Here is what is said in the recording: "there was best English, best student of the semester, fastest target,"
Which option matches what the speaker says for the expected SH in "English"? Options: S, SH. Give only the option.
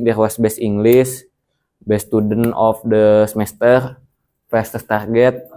S